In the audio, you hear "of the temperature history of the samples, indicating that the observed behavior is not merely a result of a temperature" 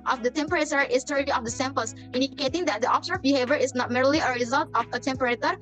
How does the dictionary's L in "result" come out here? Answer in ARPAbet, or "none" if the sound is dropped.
L